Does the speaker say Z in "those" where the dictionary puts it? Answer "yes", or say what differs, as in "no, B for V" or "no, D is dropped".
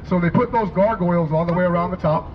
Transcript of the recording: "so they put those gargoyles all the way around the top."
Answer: yes